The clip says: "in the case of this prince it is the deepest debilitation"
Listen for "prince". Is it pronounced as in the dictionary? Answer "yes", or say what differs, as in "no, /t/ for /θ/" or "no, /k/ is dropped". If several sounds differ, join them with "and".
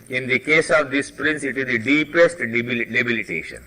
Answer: yes